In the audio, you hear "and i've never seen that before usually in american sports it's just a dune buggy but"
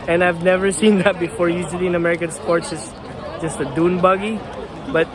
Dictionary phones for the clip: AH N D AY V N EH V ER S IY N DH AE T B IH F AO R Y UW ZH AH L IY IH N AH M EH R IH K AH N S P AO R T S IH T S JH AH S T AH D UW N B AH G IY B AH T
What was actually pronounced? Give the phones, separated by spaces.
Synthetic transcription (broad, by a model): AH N AY V N EH V ER S IY N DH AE T B IH F AO R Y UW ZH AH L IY IH N AH M EH R IH K AH N S P AO R T S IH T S JH AH S T AH D UW N B AH G IY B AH T